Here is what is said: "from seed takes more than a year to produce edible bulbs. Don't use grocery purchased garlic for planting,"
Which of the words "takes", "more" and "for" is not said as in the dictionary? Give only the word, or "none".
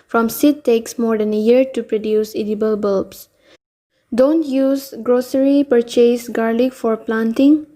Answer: none